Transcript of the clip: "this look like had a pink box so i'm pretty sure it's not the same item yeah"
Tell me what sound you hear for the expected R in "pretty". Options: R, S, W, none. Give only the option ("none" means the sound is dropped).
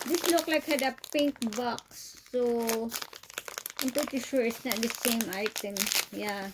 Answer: none